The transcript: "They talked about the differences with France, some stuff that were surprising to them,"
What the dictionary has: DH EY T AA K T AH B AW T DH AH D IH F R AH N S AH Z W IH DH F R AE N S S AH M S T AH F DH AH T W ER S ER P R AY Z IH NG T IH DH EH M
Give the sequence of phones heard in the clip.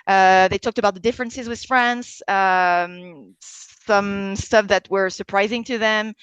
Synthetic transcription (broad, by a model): DH EY T AA K T AH B AW T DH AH D IH F R AH N S AH Z W IH DH F R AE N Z S AH M S T AH F DH AH T W ER S ER P R AY Z IH NG T IH DH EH M